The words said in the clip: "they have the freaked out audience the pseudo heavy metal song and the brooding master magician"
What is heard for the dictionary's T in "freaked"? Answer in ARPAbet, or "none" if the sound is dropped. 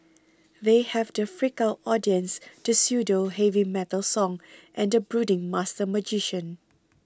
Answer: none